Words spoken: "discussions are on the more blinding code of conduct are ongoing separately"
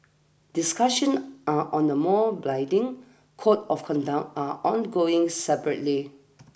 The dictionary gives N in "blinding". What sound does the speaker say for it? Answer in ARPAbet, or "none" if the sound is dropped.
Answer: none